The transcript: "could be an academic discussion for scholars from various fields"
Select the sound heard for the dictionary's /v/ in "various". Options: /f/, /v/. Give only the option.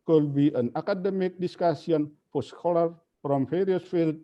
/f/